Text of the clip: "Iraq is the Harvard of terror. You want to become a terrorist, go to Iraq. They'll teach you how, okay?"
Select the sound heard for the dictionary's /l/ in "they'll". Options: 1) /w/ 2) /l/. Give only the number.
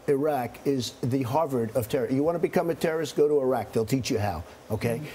2